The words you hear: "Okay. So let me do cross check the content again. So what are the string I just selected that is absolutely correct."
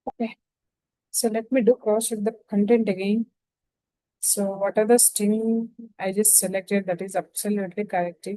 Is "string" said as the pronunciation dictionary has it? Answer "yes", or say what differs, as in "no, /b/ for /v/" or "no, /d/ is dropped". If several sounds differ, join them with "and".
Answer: no, /ɹ/ is dropped